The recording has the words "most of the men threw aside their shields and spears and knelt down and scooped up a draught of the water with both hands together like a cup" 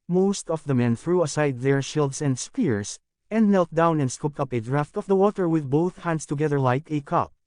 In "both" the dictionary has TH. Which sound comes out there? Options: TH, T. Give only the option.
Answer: TH